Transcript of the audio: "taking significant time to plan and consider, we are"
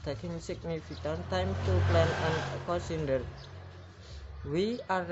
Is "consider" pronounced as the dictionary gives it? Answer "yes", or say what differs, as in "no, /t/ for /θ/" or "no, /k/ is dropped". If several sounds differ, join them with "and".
no, /n/ is dropped